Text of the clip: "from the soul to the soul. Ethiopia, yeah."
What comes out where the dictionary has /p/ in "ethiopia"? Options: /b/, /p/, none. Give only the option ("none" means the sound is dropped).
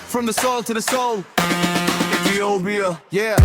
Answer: /b/